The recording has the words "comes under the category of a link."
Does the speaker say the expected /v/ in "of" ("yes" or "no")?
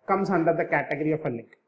no